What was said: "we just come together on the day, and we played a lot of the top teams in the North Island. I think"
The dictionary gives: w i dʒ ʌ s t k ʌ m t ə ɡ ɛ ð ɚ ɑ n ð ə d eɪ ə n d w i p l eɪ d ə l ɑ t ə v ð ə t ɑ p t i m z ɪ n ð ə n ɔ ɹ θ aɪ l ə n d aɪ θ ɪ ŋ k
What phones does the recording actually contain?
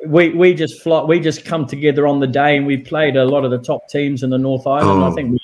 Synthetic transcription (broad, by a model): w i dʒ ʌ s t k ʌ m t ə ɡ ɛ ð ɚ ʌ n ð ə d eɪ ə n w i p l eɪ d ə l ɑ t ə v ð ə t ɑ p t i m z ɪ n ð ə n ɔ ɹ θ aɪ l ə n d aɪ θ ɪ ŋ k